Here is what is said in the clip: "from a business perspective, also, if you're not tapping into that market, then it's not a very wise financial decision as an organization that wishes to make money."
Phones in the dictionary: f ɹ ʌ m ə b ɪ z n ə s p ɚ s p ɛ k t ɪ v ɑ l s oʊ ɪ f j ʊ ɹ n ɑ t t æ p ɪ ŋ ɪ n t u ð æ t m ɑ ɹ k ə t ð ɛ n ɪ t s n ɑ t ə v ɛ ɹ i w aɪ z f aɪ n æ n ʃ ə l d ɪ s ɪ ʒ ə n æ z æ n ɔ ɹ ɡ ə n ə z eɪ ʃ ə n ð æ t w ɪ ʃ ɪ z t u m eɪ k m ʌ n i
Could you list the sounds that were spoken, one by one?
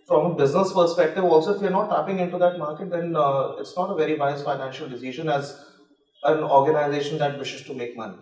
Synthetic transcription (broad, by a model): f ɹ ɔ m ə b ɪ z n ə s p ɚ s p ɛ k t ɪ v ɑ l s oʊ ɪ f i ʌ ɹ n ɑ t t æ p ɪ ŋ ɪ n t u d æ t m ɑ ɹ k ə t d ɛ n ɪ t s n ɑ t ə v ɛ ɹ i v aɪ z f aɪ n æ n ʃ ə l d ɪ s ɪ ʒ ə n æ z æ n ɔ ɹ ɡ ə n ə z eɪ ʃ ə n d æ t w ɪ ʃ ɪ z t u m eɪ k m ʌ n i